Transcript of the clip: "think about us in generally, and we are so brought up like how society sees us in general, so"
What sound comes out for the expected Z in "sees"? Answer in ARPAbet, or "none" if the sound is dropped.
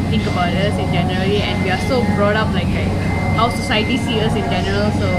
none